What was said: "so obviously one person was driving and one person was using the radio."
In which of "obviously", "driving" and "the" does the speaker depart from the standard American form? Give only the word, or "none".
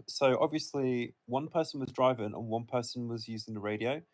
none